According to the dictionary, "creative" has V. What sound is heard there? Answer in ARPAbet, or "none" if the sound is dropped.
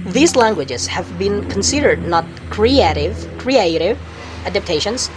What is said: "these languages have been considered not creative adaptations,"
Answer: V